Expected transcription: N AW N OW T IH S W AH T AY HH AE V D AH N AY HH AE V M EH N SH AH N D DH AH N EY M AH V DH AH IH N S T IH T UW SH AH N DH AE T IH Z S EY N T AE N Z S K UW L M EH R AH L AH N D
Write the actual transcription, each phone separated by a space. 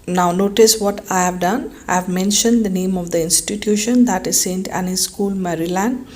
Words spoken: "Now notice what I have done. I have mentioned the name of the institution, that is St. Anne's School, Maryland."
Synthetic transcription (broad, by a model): N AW N OW T IH S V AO T AY HH AE V D AH N AY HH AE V M EH N SH AH N D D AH N EY M AH V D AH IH N S T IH T UW SH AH N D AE T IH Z S EY N T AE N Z S K UW L M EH R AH L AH N D